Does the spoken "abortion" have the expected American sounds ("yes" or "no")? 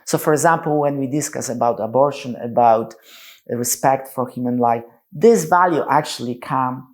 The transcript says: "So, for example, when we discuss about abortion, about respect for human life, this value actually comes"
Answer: yes